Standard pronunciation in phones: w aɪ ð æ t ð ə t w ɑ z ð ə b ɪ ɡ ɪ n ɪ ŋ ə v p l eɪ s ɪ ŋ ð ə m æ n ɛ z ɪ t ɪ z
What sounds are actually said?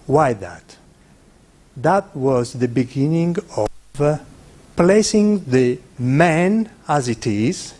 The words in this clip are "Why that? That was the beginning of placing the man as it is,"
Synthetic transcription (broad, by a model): w aɪ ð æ t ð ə t w ɑ z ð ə b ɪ ɡ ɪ n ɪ ŋ ə v p l eɪ s ɪ ŋ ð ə m æ n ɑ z ɪ t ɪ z